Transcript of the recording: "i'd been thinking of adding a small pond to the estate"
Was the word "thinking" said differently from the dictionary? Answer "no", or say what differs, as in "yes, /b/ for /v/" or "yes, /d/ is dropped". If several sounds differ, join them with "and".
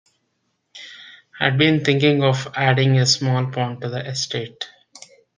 yes, /t/ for /θ/